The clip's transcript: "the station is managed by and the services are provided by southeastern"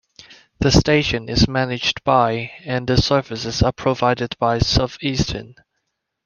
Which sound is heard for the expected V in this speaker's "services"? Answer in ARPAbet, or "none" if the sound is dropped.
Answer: F